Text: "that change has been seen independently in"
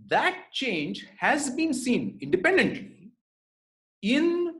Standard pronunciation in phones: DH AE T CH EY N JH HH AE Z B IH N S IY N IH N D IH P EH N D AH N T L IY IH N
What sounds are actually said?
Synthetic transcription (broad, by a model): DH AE T CH EY N JH HH AE Z B IH N S IY N IH N D IH P EH N D AH N T L IY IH N